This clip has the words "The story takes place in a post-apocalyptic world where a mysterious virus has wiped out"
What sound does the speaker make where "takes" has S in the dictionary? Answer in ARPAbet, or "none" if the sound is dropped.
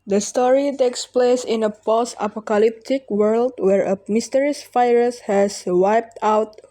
S